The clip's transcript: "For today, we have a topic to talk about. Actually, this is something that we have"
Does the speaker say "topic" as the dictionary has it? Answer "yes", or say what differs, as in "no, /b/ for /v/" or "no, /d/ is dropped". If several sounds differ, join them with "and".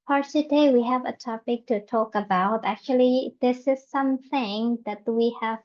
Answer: yes